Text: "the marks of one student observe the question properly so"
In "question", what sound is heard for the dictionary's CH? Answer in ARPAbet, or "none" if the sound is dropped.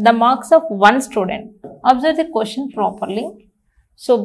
SH